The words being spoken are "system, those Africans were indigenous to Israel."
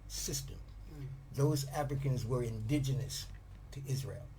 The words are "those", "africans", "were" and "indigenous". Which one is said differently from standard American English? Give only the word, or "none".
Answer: none